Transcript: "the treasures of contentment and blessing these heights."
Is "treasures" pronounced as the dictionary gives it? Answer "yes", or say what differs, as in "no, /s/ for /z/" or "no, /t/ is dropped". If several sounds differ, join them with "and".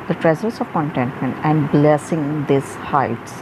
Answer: no, /z/ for /ʒ/ and /s/ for /z/